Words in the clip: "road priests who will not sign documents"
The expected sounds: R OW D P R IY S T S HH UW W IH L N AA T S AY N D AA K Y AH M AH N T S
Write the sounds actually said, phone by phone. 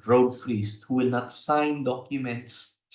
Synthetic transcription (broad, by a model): R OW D F R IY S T HH UW W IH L N AA T S AY N D AA K Y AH M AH N T S